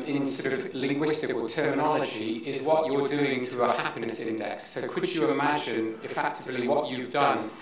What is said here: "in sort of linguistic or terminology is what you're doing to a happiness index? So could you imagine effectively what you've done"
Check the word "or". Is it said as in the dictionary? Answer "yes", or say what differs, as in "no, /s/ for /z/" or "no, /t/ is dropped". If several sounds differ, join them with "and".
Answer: no, /l/ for /ɹ/